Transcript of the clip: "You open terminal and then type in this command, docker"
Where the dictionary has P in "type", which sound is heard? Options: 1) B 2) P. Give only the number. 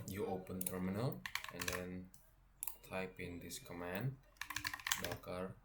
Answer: 2